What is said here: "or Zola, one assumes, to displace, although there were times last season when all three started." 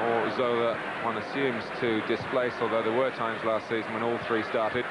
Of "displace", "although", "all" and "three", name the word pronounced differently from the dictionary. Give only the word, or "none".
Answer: none